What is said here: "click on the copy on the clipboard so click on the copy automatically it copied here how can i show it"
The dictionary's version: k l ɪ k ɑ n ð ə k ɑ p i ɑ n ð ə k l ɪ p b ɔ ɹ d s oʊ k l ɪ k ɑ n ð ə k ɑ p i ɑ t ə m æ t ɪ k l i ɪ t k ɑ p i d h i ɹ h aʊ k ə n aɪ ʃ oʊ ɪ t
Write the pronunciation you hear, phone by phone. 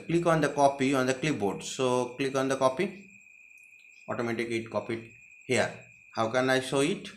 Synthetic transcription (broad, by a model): k l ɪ k ɑ n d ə k ɑ p i ɑ n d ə k l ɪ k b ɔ ɹ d s oʊ k l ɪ k ɑ n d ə k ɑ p i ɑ t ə m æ t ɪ k i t k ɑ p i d h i ɹ h aʊ k ə n aɪ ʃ oʊ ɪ t